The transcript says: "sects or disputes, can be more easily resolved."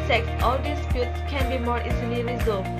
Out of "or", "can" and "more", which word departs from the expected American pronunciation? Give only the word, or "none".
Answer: or